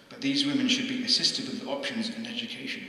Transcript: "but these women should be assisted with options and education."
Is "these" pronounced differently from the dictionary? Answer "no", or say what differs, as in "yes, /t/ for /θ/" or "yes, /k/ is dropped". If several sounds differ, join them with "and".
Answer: no